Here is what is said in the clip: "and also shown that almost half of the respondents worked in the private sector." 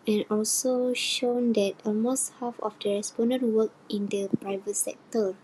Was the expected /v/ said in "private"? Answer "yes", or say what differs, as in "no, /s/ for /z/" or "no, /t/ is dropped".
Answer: yes